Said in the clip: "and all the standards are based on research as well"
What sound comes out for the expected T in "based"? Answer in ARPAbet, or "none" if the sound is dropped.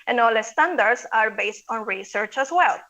T